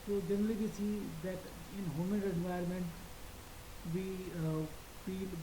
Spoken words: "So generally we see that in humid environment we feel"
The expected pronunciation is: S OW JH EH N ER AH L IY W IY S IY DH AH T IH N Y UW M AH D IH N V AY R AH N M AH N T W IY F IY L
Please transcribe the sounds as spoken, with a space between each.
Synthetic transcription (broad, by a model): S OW JH EH N ER AH L IY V IY S IY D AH T IH N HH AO M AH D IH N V AY AH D M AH N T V IY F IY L